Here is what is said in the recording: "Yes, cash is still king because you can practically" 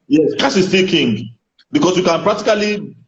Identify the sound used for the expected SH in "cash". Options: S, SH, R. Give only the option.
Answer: S